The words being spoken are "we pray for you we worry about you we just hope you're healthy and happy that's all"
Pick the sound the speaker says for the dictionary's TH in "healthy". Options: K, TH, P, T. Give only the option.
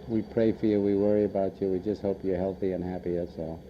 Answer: TH